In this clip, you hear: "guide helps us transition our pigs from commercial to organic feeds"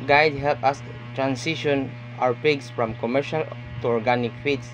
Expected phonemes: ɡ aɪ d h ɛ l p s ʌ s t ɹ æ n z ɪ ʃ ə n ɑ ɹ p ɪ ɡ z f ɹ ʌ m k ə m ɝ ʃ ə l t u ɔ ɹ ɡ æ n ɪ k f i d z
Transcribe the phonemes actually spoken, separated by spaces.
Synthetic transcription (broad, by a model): ɡ aɪ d h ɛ l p ʌ s t ɹ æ n s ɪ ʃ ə n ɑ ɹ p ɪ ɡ s f ɹ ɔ m k ə m ɝ ʃ ə l t u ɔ ɹ ɡ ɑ n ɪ k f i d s